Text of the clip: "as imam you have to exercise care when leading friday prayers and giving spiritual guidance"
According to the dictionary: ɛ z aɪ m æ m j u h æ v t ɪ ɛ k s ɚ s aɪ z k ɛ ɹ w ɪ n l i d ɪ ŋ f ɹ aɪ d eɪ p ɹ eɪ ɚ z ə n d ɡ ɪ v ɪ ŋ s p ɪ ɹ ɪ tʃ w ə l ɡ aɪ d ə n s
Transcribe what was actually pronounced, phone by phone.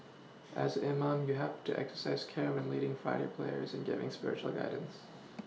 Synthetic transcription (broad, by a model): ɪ z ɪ m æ m j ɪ h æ f t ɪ ɛ k s ɚ s aɪ z k ɛ ɹ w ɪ n l i d ɪ ŋ f ɹ aɪ d eɪ p l eɪ ɚ z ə n ɡ ɪ v ɪ ŋ s p ɪ ɹ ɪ tʃ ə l ɡ aɪ d n s